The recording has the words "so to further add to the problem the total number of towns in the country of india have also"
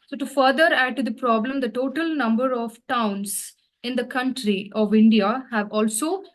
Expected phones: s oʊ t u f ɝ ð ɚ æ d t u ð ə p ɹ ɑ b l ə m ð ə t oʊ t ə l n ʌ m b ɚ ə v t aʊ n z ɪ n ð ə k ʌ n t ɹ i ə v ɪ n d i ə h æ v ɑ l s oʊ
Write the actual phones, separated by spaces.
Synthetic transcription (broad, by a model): s oʊ t u f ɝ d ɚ æ d t u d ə p ɹ ɑ b l ə m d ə t oʊ t ə l n ʌ m b ɚ ə v t aʊ n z ɪ n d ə k ʌ n t ɹ i ə v ɪ n d i ə h æ v ɑ l s oʊ